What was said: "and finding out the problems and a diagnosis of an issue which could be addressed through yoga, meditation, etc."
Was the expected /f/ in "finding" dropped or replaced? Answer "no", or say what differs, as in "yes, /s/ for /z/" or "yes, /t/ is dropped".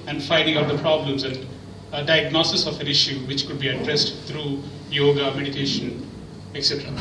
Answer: no